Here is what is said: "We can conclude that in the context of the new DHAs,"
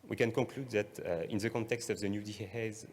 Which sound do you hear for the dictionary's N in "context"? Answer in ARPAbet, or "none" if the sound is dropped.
N